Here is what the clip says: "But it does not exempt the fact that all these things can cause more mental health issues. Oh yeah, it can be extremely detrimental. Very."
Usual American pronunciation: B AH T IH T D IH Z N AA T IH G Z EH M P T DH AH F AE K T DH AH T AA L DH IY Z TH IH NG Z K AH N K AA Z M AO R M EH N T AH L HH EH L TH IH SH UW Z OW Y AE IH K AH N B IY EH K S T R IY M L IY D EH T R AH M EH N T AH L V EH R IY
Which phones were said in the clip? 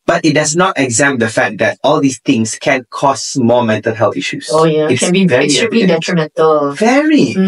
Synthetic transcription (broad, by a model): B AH T IH T D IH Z N AA T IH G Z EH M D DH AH F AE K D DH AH T AA L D IY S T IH NG S K AH N K AA S M AO M EH N T AH L HH EH L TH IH SH UW S OW Y IH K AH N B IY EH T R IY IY D EH T R AH M EH N T AH L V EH R IY